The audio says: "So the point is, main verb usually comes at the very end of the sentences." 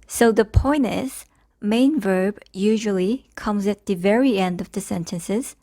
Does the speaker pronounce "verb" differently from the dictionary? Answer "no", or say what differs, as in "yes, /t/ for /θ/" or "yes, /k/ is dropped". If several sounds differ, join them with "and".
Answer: no